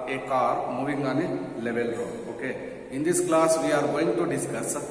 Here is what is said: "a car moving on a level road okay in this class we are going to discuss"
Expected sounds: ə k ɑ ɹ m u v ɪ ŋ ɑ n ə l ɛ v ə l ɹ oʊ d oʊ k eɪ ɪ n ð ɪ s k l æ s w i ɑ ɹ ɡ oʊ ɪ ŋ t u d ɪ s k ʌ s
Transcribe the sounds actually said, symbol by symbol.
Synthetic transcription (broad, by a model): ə k ɑ ɹ m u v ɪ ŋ ɑ n ə l ɛ v ə l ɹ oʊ oʊ k eɪ ɪ n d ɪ s k l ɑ s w i ɑ ɹ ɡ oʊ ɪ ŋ t u d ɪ s k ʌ s